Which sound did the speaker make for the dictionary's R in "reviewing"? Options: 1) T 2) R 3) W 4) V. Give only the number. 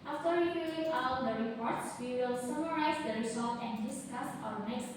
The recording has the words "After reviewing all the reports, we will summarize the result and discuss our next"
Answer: 3